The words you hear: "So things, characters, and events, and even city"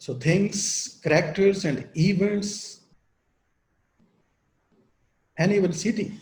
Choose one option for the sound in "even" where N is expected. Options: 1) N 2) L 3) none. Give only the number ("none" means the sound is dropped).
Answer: 2